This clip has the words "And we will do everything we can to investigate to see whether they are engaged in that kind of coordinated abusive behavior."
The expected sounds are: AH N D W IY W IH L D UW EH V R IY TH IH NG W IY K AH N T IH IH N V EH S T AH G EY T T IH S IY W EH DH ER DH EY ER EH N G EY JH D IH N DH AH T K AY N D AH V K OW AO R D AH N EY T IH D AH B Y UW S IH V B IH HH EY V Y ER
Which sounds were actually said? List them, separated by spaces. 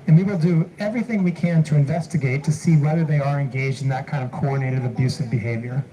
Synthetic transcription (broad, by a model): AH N W IY W IH L D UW EH V R IY TH IH NG W IY K AH N T IH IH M V EH S T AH G EY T T IH S IY W EH DH ER DH EY ER EH N G EY JH D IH N DH AH T K AY N D AH V K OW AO R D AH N EY T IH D AH B Y UW S IH V B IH HH EY V Y ER